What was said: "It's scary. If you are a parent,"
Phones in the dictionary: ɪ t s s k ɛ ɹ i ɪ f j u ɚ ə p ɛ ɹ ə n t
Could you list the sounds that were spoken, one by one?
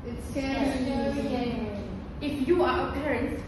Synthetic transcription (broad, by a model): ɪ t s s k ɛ i ɪ f j u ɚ ə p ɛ ɹ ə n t